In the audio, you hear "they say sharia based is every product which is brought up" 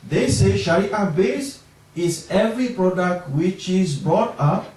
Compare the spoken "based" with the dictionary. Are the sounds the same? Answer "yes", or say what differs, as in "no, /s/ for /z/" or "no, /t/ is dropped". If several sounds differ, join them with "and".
no, /t/ is dropped